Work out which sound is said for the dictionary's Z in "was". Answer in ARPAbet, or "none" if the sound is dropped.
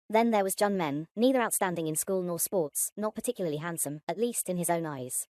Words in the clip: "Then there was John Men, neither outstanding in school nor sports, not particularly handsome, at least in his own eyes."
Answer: Z